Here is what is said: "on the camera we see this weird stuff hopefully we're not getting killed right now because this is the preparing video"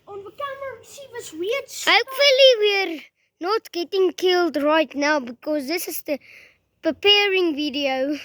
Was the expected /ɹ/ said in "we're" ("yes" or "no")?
yes